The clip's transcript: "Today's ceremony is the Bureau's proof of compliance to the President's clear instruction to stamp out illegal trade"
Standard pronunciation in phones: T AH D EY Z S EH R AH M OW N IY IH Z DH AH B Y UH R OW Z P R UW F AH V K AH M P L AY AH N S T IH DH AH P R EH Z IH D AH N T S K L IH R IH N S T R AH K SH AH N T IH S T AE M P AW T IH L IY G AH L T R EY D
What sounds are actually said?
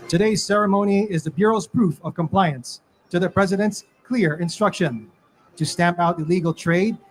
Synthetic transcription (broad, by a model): T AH D EY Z S EH R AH M OW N IY IH Z DH AH B Y UH R OW Z P R UW F AH V K AH M P L AY AH N S T IH DH AH P R EH Z IH D AH N T S K L IH R IH N S T R AH K SH AH N T IH S T AE M P AW T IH L IY G L T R EY D